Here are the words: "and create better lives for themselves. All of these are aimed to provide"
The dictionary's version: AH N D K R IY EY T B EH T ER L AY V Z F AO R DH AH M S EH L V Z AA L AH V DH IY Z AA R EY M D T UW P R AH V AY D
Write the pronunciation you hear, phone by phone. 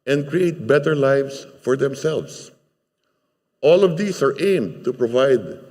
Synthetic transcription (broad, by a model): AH N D K R IY EY T B EH T ER L AY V S F AO R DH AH M S EH L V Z AA L AH V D IY S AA R EY M D T UW P R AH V AY D